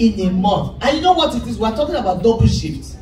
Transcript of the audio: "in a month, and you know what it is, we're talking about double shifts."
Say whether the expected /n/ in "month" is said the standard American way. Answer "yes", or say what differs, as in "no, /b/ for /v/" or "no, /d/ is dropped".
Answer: no, /n/ is dropped